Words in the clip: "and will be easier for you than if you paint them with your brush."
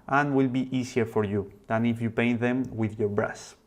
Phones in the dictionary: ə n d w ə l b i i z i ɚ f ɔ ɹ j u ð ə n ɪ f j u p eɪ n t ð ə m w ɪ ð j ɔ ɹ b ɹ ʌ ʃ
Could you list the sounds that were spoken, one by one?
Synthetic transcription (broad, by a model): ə n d w ə l b i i s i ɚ f ɔ ɹ j u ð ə n ɪ f j u p eɪ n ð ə m w ɪ ð j ɔ ɹ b ɹ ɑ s